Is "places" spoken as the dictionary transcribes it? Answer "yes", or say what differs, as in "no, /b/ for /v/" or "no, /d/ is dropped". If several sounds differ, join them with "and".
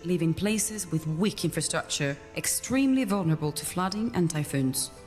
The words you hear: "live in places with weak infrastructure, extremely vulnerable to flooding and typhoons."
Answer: yes